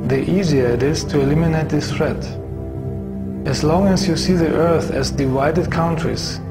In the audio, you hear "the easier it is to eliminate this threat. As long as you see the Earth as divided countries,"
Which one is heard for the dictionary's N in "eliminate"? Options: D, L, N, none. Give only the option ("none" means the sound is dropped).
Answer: N